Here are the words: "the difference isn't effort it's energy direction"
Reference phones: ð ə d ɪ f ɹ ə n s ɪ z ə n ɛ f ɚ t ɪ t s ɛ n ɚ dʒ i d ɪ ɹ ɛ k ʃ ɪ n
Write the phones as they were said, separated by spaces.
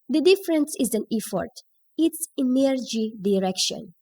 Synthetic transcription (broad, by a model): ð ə d ɪ f ɹ ə n s ɪ z ə n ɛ f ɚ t ɪ t s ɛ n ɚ dʒ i d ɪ ɹ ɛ k ʃ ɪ n